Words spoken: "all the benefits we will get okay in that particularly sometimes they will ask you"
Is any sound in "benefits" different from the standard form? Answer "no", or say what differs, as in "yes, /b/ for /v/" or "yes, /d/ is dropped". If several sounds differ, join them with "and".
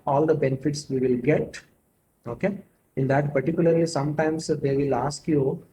no